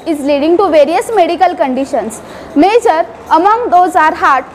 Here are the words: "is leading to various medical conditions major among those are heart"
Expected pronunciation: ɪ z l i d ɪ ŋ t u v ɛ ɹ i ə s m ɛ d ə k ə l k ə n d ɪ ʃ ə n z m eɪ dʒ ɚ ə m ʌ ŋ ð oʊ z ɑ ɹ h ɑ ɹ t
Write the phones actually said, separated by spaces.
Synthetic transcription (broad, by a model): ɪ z l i d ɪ ŋ t u v ɛ ɹ i ə s m ɛ d ə k ə l k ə n d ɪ ʃ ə n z m eɪ dʒ ɚ ə m ʌ ŋ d oʊ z ɑ ɹ h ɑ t